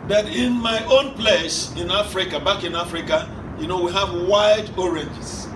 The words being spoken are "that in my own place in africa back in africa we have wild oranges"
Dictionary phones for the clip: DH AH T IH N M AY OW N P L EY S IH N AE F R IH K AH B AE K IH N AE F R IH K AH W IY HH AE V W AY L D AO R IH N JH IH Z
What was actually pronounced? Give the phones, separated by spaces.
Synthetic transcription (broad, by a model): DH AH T IH N M AY OW N P L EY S IH N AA F R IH K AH B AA K IH N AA F R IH K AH W IY HH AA V W AY D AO R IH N JH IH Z